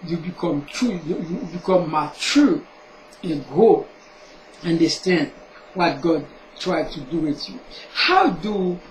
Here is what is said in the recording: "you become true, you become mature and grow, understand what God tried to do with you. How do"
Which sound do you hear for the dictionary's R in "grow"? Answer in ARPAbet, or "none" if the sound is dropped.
none